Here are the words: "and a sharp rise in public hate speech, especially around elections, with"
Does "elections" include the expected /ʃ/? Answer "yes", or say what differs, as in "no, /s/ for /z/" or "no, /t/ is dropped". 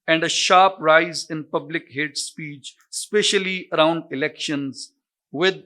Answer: yes